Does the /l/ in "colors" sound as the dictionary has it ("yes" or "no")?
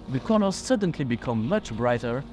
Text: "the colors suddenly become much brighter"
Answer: no